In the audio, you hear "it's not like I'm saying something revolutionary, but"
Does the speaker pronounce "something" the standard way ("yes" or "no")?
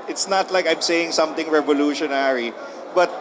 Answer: no